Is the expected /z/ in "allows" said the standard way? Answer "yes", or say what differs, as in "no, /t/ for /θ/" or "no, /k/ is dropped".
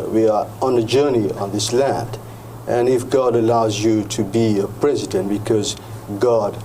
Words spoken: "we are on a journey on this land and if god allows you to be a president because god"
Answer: yes